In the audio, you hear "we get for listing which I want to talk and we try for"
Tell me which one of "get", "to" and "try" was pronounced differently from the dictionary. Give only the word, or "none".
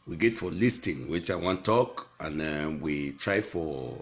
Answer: none